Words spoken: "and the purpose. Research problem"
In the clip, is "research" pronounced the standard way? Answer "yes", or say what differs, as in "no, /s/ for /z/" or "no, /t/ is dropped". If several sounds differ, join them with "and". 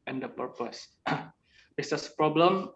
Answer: no, /s/ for /tʃ/